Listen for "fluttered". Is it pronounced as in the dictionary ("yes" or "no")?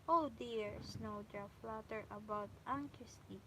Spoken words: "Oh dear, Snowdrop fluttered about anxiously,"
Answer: no